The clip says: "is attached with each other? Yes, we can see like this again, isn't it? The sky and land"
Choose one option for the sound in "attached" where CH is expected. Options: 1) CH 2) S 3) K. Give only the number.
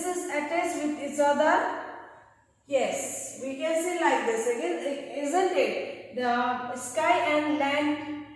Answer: 2